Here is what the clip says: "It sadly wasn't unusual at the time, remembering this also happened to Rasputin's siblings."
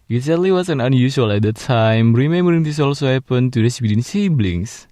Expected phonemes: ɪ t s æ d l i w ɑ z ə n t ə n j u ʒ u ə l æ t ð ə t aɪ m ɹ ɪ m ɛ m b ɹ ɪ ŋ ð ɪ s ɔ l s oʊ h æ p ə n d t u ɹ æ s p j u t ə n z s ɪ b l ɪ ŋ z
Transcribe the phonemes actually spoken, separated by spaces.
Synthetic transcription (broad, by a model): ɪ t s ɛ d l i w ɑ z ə n ə n j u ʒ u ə l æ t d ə t aɪ m ɹ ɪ m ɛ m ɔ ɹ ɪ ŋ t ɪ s ɔ l s oʊ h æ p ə n t u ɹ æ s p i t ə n s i b l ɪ ŋ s